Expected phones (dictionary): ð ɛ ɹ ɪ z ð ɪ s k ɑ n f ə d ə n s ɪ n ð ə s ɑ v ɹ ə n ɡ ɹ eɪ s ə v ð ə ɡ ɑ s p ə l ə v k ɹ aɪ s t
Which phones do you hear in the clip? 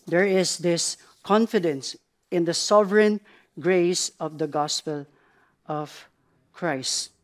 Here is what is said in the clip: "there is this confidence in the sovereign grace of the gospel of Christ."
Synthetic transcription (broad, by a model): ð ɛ ɹ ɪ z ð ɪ s k ɑ n f ə d ə n s ɪ n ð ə s ɑ v ɹ ə n ɡ ɹ eɪ s ə v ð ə ɡ ɑ s p ə l ə v k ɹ aɪ s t